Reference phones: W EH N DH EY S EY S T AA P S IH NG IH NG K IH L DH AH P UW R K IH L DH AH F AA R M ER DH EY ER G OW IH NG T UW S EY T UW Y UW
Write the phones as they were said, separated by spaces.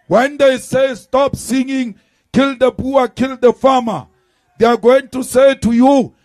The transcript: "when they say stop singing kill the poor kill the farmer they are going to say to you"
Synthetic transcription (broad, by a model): W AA N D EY S EY S T AA P S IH NG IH NG K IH L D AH B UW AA K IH L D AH F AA M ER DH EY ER G OW IH NG T UW S EY T UW Y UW